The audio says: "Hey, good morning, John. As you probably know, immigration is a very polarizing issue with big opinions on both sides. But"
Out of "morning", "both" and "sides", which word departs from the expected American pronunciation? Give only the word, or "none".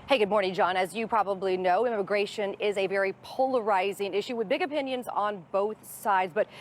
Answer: none